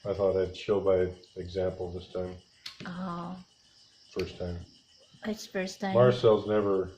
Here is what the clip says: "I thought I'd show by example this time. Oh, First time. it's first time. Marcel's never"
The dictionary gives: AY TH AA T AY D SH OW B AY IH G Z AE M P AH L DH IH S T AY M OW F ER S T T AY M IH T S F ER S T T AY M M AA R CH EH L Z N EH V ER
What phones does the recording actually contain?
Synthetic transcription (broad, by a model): AY TH AA T AY D SH OW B AY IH G Z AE M P L DH IH S T AY M OW F ER S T T AY M IH T S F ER S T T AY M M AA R S EH L Z N EH V ER